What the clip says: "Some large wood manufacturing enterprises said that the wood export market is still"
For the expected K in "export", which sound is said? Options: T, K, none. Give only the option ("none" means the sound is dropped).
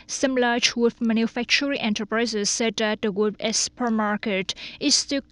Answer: none